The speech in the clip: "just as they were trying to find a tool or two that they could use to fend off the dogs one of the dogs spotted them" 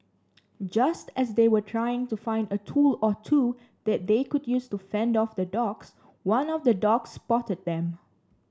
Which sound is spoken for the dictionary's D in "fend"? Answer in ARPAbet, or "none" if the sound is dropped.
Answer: D